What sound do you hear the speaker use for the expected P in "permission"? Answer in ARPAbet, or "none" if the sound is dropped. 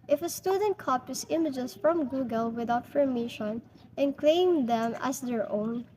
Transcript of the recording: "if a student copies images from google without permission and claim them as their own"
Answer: F